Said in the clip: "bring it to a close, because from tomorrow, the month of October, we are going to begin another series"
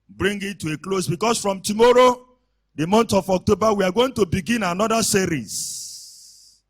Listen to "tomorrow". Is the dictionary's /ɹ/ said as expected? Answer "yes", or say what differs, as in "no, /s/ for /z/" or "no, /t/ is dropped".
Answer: yes